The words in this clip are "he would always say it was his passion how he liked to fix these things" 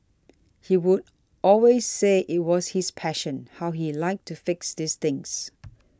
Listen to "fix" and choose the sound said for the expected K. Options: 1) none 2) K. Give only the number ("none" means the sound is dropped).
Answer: 2